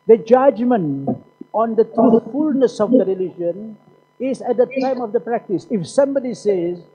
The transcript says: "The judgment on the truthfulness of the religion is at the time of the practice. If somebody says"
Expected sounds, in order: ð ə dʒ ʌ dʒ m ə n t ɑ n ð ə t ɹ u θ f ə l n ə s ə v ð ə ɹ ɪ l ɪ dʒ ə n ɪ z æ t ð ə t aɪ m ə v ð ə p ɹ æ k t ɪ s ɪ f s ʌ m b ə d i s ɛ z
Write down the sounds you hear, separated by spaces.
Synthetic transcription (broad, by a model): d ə dʒ ʌ dʒ m ə n t ɑ n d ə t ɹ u f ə l n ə s ə v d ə ɹ ɪ l ɪ dʒ ə n ɪ z æ t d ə t aɪ m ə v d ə p ɹ æ k t ɪ s ɪ f s ʌ m b ə d i s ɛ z